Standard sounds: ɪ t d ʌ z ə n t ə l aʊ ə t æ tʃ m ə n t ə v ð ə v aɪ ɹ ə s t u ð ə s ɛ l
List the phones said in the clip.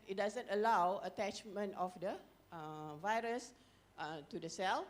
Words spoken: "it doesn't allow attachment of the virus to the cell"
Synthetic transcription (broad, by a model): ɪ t d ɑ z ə n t ə l aʊ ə t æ tʃ m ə n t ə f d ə v aɪ ɹ ə s t u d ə s ɛ l